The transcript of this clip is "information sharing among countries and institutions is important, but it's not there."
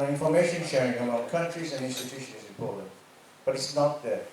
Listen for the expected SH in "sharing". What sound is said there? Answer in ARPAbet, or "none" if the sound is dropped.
SH